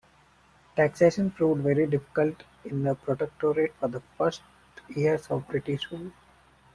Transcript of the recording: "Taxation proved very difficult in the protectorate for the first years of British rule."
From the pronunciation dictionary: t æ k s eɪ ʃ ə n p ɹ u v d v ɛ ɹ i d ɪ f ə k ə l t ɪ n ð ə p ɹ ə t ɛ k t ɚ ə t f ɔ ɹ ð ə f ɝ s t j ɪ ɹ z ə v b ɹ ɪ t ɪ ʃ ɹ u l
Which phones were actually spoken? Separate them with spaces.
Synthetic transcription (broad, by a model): t æ k s eɪ ʃ ə n f ɹ u d v ɛ ɹ i d ɪ f ə k ə l t ɪ n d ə p ɹ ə t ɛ k t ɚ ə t f ɔ ɹ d ə f ɝ s t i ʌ ɹ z ə v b ɹ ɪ t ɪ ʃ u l